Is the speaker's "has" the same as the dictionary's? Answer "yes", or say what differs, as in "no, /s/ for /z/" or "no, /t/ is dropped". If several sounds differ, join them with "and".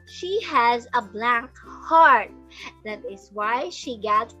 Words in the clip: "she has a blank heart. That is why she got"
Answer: yes